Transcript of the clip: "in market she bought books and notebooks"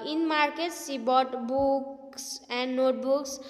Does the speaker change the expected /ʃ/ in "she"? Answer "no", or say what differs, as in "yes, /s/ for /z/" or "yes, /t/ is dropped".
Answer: yes, /s/ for /ʃ/